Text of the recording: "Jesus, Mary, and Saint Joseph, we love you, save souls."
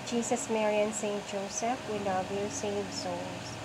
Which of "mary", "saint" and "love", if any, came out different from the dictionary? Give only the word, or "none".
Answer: love